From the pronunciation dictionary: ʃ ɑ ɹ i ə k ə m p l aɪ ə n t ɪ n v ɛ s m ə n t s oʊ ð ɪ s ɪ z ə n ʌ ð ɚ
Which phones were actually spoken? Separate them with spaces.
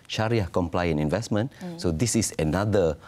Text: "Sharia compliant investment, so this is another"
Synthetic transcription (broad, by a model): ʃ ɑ ɹ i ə k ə m p l aɪ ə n ɪ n v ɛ s m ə n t s oʊ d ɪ s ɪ s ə n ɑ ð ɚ